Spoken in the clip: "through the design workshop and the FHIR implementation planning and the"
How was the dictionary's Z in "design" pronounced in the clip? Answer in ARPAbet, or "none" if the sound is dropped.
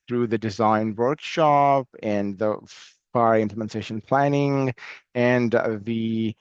Z